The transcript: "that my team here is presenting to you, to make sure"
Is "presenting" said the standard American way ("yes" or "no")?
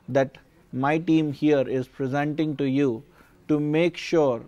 yes